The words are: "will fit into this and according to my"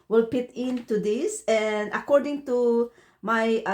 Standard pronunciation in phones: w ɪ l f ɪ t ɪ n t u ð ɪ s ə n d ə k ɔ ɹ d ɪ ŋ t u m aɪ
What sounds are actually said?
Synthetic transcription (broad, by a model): w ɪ l p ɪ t ɪ n t u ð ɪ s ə n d ə k ɔ ɹ d ɪ ŋ t u m aɪ